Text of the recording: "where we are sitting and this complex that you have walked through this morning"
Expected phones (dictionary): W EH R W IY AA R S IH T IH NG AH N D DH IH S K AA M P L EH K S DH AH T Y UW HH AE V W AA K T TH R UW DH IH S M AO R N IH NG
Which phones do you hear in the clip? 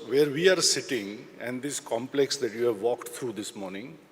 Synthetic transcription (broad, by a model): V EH R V IY AA R S IH T IH NG AH N D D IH S K AA M P L EH K S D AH T Y UW HH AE V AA K T T R UW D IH S M AO R N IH NG